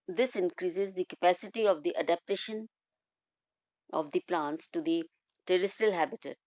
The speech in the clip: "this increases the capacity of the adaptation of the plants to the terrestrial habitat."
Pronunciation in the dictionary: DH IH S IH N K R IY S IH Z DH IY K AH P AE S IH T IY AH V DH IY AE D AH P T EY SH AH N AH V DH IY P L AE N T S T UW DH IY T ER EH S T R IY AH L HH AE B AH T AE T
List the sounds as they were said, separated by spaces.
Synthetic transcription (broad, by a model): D IH S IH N K R IY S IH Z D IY K AH P AE S IH T IY AH V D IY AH D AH P T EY SH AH N AH V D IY P L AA N T S T UW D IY T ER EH S T IY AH L HH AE B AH T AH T